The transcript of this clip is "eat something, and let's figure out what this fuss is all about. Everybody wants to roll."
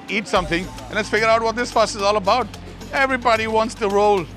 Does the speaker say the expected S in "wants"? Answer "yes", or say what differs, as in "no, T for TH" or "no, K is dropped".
yes